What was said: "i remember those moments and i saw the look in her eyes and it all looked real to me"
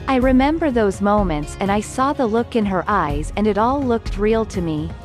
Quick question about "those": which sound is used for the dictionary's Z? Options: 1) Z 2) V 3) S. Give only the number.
1